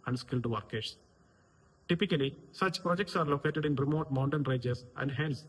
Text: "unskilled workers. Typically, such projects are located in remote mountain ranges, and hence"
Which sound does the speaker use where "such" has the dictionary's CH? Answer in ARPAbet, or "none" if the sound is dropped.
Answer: CH